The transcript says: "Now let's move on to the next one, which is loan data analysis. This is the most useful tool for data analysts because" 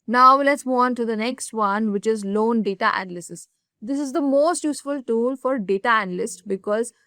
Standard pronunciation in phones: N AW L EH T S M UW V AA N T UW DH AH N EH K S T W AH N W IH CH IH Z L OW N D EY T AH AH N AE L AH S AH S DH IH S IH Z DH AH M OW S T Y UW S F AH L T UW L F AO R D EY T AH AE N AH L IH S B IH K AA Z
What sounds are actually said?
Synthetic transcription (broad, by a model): N AW L EH T S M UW AA N T UW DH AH N EH K S T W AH N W IH CH IH Z L OW N D EY T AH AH N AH L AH S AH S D IH S IH Z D AH M OW S T Y UW S F AH L T UW L F AO R D EY T AH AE N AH L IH S B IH K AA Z